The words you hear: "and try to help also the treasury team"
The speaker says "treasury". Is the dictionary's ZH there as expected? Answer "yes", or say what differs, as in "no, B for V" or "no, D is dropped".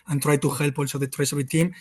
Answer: no, S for ZH